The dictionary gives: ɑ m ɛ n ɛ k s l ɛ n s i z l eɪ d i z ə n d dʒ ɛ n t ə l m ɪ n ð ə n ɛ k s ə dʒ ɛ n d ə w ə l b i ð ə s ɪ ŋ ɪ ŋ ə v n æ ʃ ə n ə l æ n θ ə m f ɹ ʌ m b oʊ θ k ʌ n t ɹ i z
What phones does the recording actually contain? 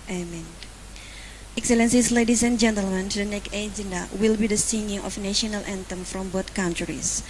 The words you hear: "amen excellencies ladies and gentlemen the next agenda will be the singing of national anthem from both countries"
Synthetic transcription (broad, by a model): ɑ m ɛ n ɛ k s l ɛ n s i s l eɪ d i s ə n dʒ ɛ n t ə l m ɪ n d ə n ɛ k ə dʒ ɛ n d ə w ə l b i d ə s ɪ ŋ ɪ ŋ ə f n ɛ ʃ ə n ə l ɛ n t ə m f ɹ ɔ m b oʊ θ k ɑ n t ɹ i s